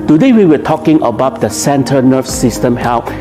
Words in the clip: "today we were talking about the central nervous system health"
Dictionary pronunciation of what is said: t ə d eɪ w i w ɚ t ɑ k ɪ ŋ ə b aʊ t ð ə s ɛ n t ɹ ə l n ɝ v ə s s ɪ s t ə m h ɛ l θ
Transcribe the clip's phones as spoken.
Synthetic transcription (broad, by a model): t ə d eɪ w i w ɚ t ɑ k ɪ ŋ ə b aʊ t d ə s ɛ n t ə n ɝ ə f s ɪ s t ə m h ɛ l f